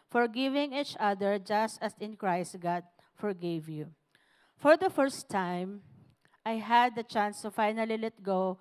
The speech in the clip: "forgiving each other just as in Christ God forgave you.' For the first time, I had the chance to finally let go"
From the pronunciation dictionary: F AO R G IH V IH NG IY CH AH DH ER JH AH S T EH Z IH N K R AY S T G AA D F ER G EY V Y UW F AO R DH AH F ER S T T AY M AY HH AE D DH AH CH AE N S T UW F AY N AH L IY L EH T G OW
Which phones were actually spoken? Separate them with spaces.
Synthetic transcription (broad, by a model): F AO R G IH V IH NG IY CH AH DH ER JH AH S T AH S IH N K R AY S T G AA D F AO G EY V Y UW F AO R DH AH F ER S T T AY M AY HH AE D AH CH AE N S T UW F AY N AH L IY L EH T G OW